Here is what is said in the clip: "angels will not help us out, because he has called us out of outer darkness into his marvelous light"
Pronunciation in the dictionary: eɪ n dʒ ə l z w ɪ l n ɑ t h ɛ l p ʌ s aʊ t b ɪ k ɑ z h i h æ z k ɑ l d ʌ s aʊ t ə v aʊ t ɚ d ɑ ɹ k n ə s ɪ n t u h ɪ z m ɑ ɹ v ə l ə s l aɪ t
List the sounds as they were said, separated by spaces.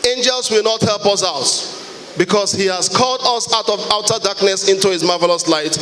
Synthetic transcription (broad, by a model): eɪ n dʒ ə l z w ɪ l n ɑ t h ɛ l p ʌ s aʊ t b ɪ k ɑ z h i h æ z k ɑ l d ʌ s aʊ t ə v aʊ t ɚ d ɑ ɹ k n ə s ɪ n t u h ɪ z m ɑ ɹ v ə l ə s l aɪ t